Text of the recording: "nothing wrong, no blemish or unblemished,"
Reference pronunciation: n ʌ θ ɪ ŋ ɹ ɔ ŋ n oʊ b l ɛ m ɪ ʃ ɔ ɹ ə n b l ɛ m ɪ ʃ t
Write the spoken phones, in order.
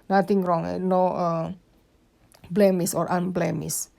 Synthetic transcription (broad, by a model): n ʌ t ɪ ŋ ɹ ɔ ŋ n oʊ b l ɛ m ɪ s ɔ ɹ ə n b l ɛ m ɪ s